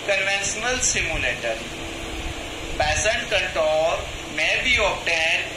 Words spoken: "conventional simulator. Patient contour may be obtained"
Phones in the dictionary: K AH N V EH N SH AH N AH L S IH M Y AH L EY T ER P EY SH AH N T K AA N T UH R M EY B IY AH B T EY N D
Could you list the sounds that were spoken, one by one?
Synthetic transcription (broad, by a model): K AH N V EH N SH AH N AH L S IH M Y AH L EY T ER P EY S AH N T K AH N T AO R M EY B IY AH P T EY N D